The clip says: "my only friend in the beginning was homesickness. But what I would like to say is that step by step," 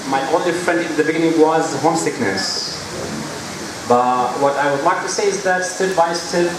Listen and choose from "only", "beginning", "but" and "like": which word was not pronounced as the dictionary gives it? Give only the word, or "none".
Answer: only